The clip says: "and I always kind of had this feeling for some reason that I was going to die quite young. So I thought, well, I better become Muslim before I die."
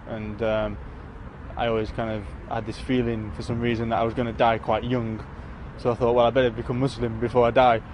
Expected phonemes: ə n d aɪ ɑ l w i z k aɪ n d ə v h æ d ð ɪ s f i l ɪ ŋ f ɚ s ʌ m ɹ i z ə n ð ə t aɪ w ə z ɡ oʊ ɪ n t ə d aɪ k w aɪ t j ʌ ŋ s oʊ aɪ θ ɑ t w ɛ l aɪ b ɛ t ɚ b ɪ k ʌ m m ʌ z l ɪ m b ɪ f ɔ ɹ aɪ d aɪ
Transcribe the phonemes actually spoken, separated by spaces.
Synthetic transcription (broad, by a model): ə n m aɪ ɑ l w i z k aɪ n d ə v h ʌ d ð ɪ s f i l ɪ ŋ f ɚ s ʌ m ɹ i z ə n ð ə t aɪ w ə z ɡ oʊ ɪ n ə d aɪ k w aɪ t j ʌ ŋ s oʊ aɪ θ ɑ t w ɛ l aɪ b ɛ t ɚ b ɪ k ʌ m m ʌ s l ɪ m b ɪ f ɔ ɹ aɪ d aɪ